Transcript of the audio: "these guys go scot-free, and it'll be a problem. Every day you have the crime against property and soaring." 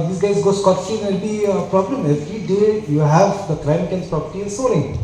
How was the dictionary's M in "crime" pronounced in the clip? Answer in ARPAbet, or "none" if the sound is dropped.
none